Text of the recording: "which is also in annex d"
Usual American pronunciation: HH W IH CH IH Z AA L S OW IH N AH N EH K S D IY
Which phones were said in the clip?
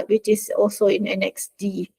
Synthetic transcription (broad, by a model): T W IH CH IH S AA L S OW IH N AH N EH K S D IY